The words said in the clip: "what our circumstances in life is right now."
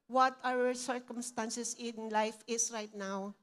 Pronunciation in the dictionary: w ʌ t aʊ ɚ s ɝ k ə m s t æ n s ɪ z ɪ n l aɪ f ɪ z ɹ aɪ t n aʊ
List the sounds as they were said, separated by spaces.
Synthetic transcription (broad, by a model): w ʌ t aʊ ɚ s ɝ k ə m s t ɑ n s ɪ s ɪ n l aɪ f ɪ s ɹ aɪ t n aʊ